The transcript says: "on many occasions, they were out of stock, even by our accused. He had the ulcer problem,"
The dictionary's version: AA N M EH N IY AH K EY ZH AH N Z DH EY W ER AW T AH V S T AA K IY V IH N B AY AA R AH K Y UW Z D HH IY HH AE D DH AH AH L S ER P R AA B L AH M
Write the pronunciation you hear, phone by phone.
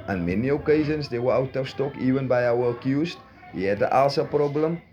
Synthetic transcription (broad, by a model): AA N M EH N IY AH K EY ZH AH N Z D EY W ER AW T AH F S T AA K IY V IH N B AY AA W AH K Y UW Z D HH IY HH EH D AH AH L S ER P R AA B L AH M